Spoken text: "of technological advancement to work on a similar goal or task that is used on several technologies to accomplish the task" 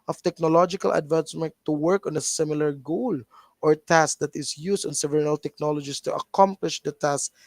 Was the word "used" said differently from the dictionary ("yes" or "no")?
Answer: yes